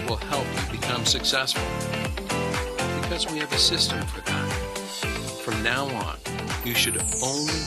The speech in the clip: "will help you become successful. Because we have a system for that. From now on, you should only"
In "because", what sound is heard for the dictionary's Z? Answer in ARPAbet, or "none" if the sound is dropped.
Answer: Z